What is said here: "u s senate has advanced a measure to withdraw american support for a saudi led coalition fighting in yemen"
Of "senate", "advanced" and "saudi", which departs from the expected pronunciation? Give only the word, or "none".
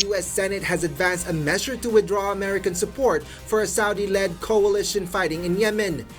none